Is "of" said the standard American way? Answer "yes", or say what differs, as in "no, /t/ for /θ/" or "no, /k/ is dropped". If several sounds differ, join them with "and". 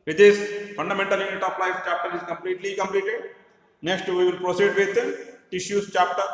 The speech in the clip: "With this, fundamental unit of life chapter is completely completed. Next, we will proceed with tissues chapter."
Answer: no, /p/ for /v/